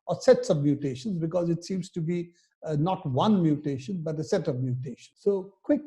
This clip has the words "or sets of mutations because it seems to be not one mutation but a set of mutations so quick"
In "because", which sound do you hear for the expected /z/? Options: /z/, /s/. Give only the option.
/z/